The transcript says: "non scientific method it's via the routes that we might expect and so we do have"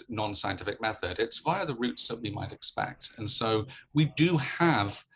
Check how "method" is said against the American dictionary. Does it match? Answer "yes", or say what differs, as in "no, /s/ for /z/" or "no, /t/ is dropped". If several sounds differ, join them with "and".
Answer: yes